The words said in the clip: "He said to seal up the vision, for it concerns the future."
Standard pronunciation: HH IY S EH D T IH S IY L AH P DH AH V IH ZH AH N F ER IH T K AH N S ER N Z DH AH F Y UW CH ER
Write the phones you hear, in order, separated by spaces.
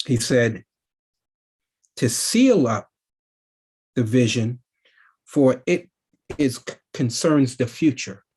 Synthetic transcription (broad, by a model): HH IY S EH D T IH S IY L AH P DH AH V IH ZH AH N F ER IH T K AH N S ER N Z DH AH F Y UW CH ER